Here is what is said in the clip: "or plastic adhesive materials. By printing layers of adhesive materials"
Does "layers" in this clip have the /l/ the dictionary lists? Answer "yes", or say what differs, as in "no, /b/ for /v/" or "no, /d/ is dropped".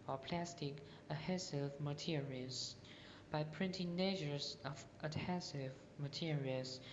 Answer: no, /n/ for /l/